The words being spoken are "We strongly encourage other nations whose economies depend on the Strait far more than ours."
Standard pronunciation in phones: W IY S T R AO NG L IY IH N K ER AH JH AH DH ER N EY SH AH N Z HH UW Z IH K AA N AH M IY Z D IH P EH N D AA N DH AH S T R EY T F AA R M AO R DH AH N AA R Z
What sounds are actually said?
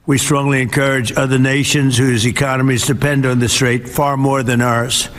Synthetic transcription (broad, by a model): W IY S T R AO NG L IY IH N K ER AH JH AH DH ER N EY SH AH N Z HH UW Z IH K AA N AH M IY Z D IH P EH N D N DH AH S T R EY T F AA R M AO R DH AH N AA R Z